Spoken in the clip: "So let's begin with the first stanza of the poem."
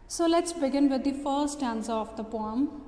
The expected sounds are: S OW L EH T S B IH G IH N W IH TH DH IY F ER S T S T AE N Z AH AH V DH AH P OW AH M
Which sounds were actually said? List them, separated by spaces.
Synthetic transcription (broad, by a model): S OW L EH T S B IH G IH N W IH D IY F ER T S T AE N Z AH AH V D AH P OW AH M